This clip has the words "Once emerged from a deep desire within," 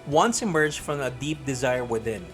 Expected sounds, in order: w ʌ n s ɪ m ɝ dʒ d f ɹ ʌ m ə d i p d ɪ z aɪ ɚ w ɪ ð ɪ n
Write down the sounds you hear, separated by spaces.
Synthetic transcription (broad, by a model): w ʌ n s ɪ m ɝ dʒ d f ɹ ʌ m ə d i p d ɪ z aɪ ɚ w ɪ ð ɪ n